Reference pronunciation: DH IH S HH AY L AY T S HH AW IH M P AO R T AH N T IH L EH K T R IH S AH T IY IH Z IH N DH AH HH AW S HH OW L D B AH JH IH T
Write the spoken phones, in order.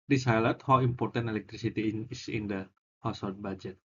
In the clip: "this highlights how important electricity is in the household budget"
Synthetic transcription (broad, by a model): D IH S HH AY L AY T HH AW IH M P AO R T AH N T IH L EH K T R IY S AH T IY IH S IH N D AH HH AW S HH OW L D B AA JH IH T